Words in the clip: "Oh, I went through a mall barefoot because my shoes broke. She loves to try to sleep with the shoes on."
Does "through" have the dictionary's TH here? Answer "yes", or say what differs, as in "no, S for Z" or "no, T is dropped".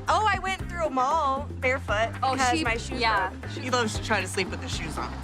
yes